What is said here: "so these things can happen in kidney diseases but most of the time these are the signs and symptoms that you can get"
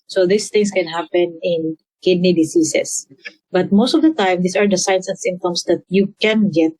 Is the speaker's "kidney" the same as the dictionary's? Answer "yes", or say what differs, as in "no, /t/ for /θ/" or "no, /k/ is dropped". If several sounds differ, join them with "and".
yes